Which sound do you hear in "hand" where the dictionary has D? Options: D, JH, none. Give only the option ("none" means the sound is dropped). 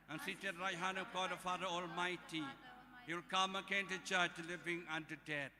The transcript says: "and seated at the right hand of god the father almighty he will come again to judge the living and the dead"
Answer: none